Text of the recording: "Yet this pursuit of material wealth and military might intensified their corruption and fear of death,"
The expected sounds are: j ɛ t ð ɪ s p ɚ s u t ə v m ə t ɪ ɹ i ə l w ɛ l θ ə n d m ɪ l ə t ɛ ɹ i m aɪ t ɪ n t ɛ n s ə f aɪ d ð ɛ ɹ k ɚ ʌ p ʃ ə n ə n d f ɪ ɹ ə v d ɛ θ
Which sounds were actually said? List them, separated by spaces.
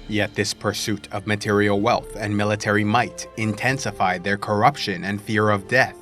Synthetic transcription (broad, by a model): j ɛ t ð ɪ s p ɚ s u t ə v m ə t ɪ ɹ i l w ɛ l θ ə n m ɪ l ə t ɛ ɹ i m aɪ t ɪ n t ɛ n s ə f aɪ d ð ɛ ɹ k ɚ ʌ p ʃ ə n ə n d f ɪ ɹ ə v d ɛ θ